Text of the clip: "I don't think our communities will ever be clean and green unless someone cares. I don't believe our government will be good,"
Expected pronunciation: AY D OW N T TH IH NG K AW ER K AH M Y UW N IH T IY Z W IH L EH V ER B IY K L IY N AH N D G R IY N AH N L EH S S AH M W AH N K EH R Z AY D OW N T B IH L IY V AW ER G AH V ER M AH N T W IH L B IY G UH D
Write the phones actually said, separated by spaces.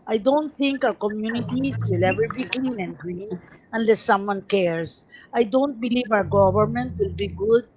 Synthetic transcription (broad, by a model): AY D OW N T TH IH NG K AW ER K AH M Y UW N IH T IY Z W IH L EH V ER B IY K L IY N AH N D G R IY N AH N L EH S S AH M W AH N K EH R S AY D OW N T B IH L IY V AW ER G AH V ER M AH N T W IH L B IY G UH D